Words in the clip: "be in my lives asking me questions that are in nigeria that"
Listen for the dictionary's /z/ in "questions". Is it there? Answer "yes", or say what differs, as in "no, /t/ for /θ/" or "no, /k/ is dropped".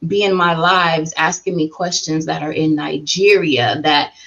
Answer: yes